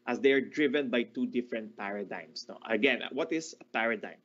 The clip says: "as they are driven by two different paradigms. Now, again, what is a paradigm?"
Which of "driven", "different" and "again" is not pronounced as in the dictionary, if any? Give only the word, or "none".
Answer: none